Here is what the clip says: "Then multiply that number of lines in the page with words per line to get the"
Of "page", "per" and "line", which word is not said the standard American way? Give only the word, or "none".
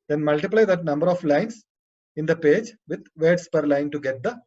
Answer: none